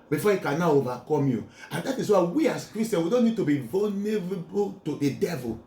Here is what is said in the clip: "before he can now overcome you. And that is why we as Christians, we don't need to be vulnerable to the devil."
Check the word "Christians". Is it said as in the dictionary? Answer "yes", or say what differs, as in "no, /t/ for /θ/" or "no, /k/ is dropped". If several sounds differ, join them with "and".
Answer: no, /z/ is dropped